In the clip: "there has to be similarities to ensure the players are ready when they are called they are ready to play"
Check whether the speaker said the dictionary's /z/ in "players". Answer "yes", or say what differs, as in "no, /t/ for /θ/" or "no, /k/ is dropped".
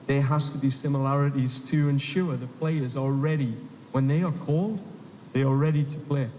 yes